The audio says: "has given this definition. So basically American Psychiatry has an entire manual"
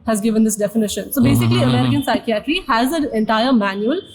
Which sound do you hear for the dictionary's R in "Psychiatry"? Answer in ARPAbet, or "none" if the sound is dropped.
L